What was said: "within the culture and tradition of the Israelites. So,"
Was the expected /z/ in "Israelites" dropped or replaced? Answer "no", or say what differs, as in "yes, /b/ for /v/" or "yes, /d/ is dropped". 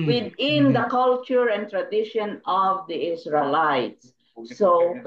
yes, /s/ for /z/